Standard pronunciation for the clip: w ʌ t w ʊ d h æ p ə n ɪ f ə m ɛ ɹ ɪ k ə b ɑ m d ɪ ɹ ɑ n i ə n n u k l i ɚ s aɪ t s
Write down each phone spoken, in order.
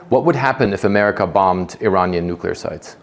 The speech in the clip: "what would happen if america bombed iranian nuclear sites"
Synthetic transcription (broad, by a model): w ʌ t w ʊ d h æ p ə n ɪ f ə m ɛ ɹ ɪ k ə b ɑ m d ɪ ɹ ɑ n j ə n n u k l i ɚ s aɪ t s